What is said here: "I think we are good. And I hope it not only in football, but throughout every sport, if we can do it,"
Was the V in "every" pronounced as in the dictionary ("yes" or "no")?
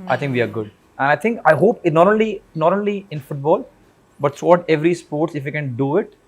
yes